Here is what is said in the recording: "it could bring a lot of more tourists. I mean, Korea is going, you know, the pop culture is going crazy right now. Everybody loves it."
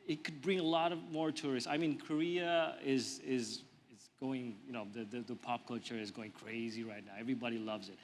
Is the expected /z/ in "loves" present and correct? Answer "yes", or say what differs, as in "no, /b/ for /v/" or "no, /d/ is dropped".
yes